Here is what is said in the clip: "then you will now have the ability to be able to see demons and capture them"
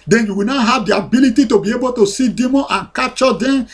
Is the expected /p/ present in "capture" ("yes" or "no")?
no